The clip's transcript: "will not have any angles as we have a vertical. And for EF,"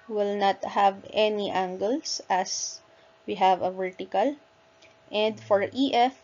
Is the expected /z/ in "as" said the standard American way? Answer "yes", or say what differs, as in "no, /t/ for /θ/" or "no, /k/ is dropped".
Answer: no, /s/ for /z/